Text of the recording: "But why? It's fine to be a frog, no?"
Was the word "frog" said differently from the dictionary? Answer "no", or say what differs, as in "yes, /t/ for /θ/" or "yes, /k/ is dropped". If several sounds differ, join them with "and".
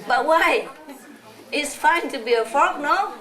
yes, /ɹ/ is dropped